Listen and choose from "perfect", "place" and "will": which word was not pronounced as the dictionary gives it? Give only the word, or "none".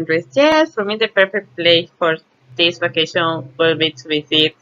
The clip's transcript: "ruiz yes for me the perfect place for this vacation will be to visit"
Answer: place